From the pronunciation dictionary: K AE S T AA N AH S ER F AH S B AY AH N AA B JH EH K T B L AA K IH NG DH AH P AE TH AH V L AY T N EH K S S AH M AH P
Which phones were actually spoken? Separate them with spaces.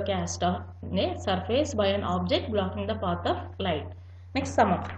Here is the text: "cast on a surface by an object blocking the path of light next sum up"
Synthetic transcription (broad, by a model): K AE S T AA N AH S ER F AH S B AY AH N AA B JH EH K T B L AA K IH NG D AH P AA T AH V L AY T N EH K S S AH M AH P